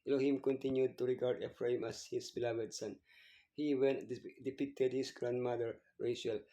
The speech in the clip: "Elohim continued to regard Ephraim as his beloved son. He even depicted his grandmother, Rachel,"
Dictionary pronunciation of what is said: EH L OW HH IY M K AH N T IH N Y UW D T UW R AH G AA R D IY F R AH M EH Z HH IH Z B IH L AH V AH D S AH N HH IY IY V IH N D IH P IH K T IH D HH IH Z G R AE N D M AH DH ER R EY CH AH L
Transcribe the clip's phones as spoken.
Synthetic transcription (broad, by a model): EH L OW HH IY M K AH N T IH N Y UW D T UW R AH G AA R D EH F R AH M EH S HH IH S B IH L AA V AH D S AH N HH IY IY W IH N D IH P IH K T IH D HH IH S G R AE N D M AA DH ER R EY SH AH L